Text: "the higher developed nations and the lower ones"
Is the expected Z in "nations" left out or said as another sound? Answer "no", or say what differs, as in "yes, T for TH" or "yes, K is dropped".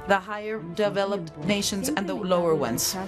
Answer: no